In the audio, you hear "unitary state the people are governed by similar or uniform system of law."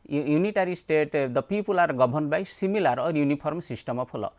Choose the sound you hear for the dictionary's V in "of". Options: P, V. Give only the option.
P